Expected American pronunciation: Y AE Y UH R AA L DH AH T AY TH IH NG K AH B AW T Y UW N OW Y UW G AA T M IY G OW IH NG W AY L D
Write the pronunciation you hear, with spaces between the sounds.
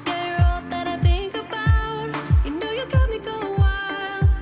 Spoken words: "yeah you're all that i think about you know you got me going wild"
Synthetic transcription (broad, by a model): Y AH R AA L DH AH T AY TH IH NG K AH B AW T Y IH N OW Y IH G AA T M IY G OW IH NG W AY L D